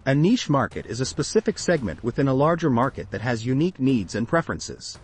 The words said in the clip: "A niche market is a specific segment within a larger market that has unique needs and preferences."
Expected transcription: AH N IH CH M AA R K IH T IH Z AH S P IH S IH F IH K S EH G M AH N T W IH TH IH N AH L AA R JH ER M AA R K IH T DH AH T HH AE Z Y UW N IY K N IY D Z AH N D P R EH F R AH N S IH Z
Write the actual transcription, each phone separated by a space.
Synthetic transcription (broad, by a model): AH N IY SH M AA R K IH T IH Z AH S P IH S IH F IH K S EH G M AH N T W IH TH IH N AH L AA R JH ER M AA R K IH T DH AH T HH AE Z Y UW N IY K N IY D Z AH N P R EH F R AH N S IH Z